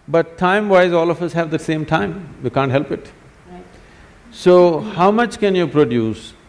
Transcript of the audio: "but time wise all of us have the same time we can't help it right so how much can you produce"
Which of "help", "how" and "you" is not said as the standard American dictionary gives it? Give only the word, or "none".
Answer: none